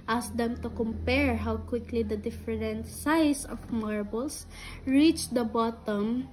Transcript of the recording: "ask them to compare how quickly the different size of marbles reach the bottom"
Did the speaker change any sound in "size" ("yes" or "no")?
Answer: yes